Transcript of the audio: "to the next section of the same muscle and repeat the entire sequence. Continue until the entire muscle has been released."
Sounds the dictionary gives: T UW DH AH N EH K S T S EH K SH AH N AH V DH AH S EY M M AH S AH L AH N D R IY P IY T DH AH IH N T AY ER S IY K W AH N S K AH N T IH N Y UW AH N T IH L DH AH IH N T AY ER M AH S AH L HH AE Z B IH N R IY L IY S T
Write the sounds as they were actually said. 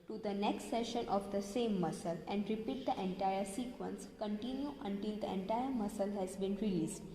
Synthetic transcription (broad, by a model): T UW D AH N EH K S T S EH SH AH N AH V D AH S EY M M AH S AH L AH N D R IY P IY T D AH IH N T AY ER S IY K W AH N S K AH N T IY N Y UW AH N T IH L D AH IH N T AY ER M AH S AH L HH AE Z B IH N R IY L IY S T